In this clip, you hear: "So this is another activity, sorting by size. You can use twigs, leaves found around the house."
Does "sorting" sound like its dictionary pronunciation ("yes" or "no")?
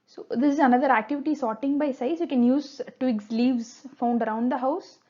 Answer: yes